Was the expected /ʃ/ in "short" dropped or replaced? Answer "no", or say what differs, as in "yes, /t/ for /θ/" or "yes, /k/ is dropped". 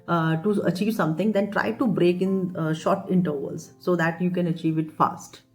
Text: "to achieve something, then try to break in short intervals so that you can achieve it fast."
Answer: no